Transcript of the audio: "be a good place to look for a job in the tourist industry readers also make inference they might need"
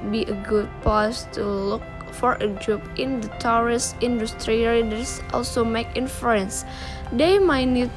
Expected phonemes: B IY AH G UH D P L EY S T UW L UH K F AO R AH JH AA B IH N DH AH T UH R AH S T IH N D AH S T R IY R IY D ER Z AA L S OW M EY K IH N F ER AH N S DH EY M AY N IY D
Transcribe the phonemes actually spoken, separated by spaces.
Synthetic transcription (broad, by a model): B IY AH G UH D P AO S T UW L UH K F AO R AH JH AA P IH N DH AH T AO R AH S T IH N D AH S T R IY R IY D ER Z AA L S OW M EY K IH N F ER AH N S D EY M AY N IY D